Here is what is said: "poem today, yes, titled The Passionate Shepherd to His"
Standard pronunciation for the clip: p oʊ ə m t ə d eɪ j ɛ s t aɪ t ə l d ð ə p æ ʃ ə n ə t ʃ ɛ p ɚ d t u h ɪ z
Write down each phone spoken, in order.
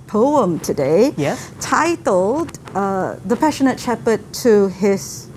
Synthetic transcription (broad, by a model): p oʊ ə m t ə d eɪ j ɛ t aɪ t l d ð ə p æ ʃ ə n ə t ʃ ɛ p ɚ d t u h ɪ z